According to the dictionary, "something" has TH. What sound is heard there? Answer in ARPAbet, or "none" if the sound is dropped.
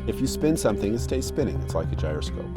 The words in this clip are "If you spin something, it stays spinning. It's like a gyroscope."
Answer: TH